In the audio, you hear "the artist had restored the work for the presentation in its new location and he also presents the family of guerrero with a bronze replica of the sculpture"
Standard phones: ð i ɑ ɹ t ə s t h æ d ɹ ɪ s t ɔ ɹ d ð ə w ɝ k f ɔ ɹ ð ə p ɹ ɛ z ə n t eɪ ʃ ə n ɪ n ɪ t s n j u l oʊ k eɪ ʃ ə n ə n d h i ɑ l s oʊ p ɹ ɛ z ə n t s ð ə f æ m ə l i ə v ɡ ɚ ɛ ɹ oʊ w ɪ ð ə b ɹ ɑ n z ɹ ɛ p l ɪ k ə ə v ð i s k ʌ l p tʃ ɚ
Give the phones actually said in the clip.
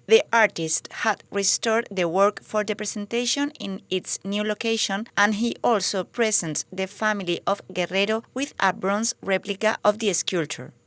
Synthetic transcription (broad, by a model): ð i ɑ ɹ t ə s t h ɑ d ɹ ɪ s t ɔ ɹ d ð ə w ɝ k f ɔ ɹ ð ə p ɹ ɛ s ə n t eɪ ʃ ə n ɪ n ɪ t s n j u l oʊ k eɪ ʃ ə n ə n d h i ɑ l s oʊ p ɹ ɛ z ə n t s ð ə f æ m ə l i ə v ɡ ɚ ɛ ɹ oʊ w ɪ ð ə b ɹ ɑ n s ɹ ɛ p l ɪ k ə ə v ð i s k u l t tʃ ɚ